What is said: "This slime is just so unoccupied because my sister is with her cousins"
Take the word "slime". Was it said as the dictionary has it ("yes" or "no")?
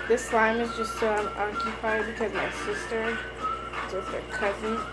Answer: yes